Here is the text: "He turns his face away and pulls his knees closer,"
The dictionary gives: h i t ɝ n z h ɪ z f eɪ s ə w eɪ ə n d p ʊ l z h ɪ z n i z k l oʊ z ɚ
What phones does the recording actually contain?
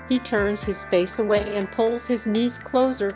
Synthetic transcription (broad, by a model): h i t ɝ n z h ɪ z f eɪ s ə w eɪ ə n p ʊ l z h ɪ z n i z k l oʊ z ɚ